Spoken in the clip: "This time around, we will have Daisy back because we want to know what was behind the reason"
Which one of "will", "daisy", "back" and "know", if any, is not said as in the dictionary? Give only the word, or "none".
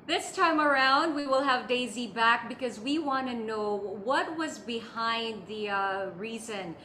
none